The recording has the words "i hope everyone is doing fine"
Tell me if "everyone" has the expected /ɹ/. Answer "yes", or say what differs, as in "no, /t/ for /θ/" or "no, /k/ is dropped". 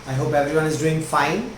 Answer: yes